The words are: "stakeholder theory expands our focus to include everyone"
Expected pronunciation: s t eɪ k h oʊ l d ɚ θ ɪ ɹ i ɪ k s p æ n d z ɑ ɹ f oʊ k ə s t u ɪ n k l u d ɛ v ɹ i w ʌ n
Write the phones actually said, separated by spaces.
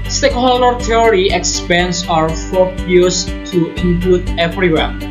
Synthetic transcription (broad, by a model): s t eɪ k h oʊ l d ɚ t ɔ ɹ i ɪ k s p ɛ n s ɑ ɹ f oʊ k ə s t u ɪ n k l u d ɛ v ɹ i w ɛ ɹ